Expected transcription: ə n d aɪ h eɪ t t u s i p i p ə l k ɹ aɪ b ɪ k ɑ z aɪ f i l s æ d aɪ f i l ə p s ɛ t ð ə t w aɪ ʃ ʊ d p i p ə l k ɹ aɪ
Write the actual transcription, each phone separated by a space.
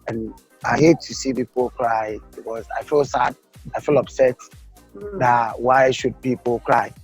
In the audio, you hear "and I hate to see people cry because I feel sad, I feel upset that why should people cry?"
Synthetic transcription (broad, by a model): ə n aɪ h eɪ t t u s i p i p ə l k ɹ aɪ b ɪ k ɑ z aɪ f i l s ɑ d aɪ f i l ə b s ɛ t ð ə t w aɪ ʃ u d p i p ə l k ɹ aɪ